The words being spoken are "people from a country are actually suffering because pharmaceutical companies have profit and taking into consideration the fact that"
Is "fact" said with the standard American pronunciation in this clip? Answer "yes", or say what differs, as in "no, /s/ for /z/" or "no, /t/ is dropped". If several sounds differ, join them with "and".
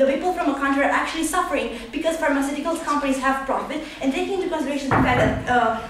no, /k/ is dropped